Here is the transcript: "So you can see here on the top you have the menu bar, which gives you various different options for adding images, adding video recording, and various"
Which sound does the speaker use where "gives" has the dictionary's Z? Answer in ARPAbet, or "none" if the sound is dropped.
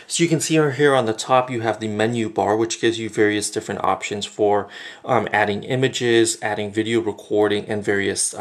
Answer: Z